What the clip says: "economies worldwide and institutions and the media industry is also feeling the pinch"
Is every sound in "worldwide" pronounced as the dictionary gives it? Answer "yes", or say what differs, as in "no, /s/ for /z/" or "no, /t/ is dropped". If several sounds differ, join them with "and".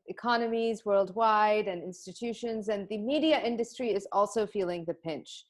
yes